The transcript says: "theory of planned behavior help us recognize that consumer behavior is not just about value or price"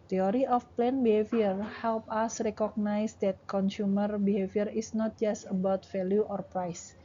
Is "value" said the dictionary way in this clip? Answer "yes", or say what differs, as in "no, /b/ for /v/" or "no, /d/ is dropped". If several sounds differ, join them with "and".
no, /f/ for /v/